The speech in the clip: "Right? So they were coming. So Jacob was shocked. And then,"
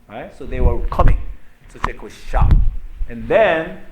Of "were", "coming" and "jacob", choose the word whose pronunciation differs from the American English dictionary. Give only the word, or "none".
jacob